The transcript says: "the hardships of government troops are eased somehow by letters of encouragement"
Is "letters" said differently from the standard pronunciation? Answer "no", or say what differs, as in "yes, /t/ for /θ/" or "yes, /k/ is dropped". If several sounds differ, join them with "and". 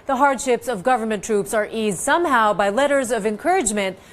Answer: no